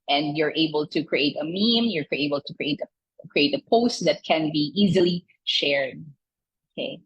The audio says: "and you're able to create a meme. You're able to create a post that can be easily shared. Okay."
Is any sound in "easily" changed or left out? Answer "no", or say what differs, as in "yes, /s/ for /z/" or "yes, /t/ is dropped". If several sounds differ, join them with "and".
no